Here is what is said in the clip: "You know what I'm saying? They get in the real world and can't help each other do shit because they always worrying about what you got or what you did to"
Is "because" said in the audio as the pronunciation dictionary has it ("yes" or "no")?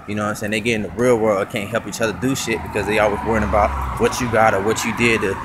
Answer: yes